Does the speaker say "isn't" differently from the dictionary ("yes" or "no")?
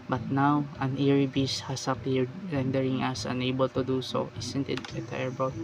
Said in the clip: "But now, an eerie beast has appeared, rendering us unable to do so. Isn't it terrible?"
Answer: yes